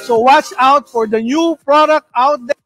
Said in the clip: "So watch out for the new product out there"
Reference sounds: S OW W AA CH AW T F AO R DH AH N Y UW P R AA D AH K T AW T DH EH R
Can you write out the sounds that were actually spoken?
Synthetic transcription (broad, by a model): S OW W AA CH AW T F AO R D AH N Y UW P R AA D AH K T AW T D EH